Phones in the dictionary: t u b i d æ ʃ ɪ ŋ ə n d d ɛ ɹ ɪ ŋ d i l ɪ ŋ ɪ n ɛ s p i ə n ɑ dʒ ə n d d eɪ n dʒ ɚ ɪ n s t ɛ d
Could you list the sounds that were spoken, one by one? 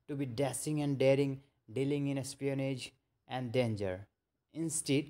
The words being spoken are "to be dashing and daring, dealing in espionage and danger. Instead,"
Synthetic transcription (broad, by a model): t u b i d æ s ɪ ŋ ə n d d ɛ ɹ ɪ ŋ d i l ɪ ŋ ɪ n ɛ s p i ə n ɑ dʒ ə n d d eɪ n dʒ ɚ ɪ n s t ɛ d